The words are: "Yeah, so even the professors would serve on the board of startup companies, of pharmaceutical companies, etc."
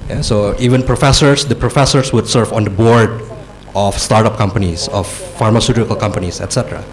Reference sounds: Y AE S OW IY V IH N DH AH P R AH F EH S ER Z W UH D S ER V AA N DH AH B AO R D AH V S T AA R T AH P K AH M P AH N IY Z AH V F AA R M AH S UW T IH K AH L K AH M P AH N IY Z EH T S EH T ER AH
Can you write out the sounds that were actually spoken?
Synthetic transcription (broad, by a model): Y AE S OW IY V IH N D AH P R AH F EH S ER S W UH D S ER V AA N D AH B AO R D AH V S T AA R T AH P K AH M P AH N IY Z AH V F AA R M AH S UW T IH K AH L K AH M P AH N IY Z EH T S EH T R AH